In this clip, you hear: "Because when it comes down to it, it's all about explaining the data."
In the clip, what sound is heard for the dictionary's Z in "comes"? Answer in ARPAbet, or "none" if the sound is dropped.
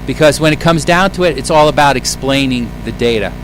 Z